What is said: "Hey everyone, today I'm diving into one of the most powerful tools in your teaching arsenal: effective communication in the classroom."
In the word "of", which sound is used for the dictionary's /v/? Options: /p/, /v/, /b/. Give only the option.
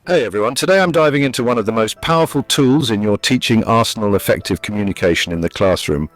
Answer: /v/